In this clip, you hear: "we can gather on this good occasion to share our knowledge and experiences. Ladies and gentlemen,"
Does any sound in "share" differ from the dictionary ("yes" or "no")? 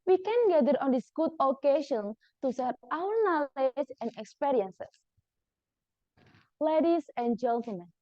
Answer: yes